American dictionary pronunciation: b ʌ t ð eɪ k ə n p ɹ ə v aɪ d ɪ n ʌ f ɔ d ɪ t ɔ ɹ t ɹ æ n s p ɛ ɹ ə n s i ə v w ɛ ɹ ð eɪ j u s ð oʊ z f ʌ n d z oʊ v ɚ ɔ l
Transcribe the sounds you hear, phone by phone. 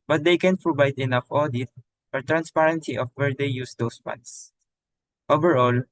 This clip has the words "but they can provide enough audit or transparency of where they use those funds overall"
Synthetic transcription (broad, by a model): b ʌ t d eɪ k ə n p ɹ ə b aɪ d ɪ n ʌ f ɔ d ɪ t ɔ ɹ t ɹ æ n s p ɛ ɹ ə n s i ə f w ɛ ɹ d eɪ j u s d oʊ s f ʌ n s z oʊ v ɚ ɔ l